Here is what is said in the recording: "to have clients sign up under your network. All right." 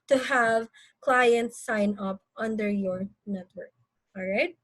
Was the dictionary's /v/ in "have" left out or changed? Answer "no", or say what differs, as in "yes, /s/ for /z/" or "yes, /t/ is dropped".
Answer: no